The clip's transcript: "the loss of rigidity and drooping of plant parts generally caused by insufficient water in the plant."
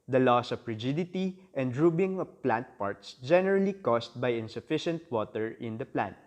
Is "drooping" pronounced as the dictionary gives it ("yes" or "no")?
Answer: no